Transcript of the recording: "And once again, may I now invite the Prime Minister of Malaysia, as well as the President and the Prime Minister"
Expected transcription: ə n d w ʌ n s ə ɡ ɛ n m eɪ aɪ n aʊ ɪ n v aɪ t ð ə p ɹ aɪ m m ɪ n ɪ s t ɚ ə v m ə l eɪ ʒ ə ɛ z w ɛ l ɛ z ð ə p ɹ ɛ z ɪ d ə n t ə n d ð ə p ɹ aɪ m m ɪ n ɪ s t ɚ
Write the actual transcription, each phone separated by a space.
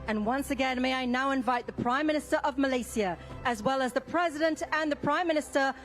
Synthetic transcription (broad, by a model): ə n w ʌ n s ə ɡ ɛ n m eɪ aɪ n aʊ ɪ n v aɪ t ð ə p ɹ aɪ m m ɪ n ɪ s t ɚ ə v m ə l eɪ s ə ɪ z w ɛ l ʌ z ð ə p ɹ ɛ z ɪ d ə n t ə n ð ə p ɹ aɪ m m ɪ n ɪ s t ɚ